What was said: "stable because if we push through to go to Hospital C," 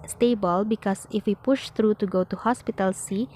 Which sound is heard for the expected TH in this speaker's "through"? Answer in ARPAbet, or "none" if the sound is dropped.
T